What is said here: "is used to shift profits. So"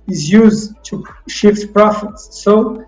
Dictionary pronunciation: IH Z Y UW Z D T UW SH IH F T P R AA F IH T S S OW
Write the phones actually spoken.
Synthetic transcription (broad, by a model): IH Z Y UW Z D T UW SH IH F T P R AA F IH T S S OW